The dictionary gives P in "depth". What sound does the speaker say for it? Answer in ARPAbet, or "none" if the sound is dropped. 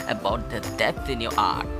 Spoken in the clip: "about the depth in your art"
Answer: none